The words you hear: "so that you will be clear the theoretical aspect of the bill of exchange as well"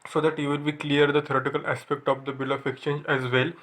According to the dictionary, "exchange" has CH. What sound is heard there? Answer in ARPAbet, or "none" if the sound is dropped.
CH